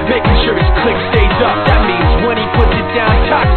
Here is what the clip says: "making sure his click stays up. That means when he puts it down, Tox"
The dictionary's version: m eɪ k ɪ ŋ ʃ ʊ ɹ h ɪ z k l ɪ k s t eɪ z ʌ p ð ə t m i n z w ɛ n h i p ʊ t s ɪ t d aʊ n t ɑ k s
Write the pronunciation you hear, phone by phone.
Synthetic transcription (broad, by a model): m eɪ k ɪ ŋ ʃ ʊ ɹ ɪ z k l ɪ k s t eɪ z ʌ p ð ə t m i n z w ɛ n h i p ʊ t s ɪ t d aʊ n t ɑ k